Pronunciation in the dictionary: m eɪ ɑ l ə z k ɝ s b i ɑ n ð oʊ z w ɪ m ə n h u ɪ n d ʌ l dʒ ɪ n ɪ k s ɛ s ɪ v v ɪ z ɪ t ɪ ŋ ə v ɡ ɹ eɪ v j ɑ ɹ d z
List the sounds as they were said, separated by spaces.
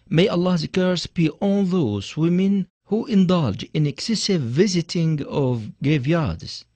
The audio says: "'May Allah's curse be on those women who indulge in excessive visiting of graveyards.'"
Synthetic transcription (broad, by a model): m eɪ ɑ l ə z k ɝ s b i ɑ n ð oʊ z w ɪ m ə n h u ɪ n d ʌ l dʒ ɪ n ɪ k s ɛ s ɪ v v ɪ z ɪ t ɪ ŋ ə v ɡ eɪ v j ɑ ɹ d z